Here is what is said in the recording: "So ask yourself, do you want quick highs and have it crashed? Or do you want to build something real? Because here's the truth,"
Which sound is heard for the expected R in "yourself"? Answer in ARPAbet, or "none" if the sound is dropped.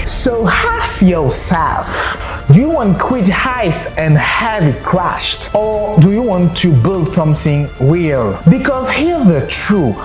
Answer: L